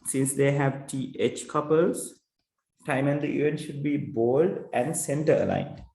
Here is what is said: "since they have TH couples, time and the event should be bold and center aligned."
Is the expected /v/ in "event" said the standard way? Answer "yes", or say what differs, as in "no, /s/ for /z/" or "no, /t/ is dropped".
no, /v/ is dropped